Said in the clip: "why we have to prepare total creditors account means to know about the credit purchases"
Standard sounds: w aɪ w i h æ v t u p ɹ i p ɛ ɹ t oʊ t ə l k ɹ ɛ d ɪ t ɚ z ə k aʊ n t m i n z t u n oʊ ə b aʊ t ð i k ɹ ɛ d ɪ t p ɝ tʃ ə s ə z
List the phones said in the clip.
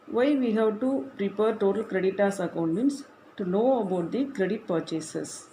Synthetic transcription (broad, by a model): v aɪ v i h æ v t u p ɹ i p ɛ ɹ t oʊ t ə l k ɹ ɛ d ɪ t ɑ s ə k aʊ n t m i n s t u n oʊ ə b aʊ t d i k ɹ ɛ d ɪ t p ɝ tʃ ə s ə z